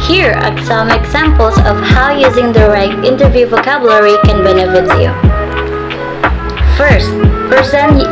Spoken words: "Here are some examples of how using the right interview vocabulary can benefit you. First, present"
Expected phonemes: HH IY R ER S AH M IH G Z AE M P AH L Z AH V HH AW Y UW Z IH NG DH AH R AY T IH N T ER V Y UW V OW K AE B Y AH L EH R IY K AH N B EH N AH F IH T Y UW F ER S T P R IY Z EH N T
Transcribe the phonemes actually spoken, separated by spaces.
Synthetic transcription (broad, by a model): HH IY R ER S AH M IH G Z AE M P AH L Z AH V HH AW Y UW Z IH NG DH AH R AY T IH N T ER V Y UW V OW K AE B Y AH L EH R IY K AH N B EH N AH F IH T Y UW F ER S T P R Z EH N